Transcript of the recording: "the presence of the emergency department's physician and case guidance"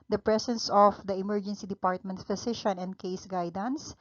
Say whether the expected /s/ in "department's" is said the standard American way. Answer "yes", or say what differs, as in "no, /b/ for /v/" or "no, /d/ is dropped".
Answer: no, /s/ is dropped